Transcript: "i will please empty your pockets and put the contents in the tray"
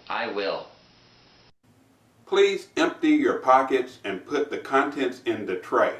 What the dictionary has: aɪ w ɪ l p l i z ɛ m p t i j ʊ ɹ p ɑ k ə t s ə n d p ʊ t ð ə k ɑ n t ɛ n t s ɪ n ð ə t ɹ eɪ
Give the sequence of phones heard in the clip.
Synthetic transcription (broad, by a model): aɪ w ɪ l p l i z ɛ m p t i j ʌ ɹ p ɑ k ə t s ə n p ʊ t ð ə k ɑ n t ɛ n t s ɪ n ð ə t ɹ eɪ